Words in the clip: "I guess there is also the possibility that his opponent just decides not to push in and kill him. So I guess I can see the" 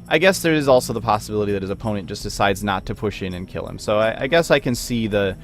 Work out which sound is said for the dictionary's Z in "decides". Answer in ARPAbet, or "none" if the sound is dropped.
Z